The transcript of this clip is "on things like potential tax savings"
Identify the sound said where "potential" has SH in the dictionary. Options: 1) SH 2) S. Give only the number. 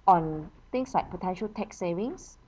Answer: 1